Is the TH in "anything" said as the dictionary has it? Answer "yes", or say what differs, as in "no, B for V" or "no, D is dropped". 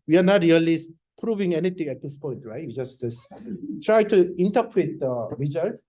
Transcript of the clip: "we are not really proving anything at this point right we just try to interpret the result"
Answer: no, T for TH